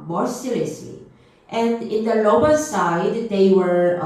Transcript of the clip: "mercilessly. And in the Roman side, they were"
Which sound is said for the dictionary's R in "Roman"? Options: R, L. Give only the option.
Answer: L